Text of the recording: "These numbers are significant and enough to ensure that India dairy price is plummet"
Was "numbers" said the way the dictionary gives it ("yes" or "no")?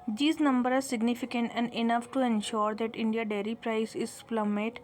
no